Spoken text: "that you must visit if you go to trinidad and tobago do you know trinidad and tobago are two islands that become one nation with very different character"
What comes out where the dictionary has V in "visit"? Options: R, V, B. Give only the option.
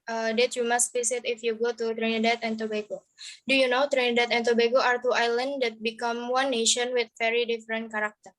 B